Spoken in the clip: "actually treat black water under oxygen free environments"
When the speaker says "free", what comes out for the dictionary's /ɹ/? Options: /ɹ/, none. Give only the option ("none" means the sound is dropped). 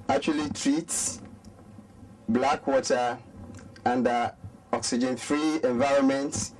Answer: /ɹ/